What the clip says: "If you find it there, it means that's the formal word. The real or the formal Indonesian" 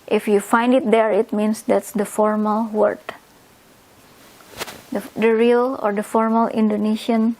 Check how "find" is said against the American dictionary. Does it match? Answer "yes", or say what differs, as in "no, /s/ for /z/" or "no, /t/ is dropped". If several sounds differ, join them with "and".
yes